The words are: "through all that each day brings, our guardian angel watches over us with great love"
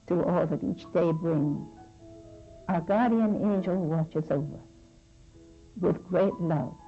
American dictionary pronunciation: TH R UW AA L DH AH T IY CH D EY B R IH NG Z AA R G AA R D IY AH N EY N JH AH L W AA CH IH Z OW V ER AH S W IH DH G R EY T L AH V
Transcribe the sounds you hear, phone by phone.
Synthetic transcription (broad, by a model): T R AA L DH AH T IY CH D EY B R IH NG AA G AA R D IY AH N EY N JH AH L W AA CH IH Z OW V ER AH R W IH DH G R EY T L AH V